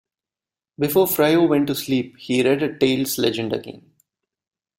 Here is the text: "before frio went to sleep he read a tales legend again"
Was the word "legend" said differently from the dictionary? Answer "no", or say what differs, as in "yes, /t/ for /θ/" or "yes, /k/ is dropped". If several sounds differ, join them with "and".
no